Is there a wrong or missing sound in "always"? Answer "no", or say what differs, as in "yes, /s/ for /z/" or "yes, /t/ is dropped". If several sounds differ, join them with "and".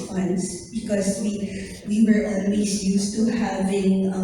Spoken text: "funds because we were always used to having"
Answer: yes, /s/ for /z/